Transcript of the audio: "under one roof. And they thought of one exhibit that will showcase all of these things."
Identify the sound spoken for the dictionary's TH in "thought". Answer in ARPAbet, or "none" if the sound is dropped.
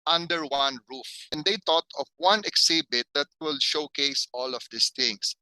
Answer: T